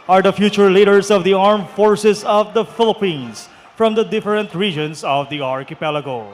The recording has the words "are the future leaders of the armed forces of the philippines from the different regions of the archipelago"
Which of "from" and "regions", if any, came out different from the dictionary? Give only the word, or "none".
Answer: regions